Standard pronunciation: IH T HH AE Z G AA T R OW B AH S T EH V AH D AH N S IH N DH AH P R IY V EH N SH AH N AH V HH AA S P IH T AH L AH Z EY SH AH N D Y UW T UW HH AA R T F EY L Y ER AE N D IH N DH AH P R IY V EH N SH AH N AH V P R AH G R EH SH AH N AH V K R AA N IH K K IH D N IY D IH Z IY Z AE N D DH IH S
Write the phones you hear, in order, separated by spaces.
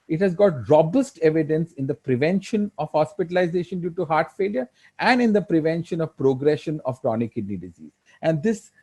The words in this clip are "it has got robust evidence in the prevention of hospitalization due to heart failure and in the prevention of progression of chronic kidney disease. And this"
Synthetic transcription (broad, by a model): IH T HH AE Z G AA T R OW B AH S T EH V AH D AH N S IH N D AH P R IY V EH N SH AH N AH V HH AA S P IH T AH L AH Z EY SH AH N D Y UW T UW HH AA R T F EY L Y ER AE N D IH N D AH P R IY V EH N SH AH N AH V P R AH G R EH SH AH N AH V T R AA N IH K K IH D N IY D IH Z IY Z AE N D IH S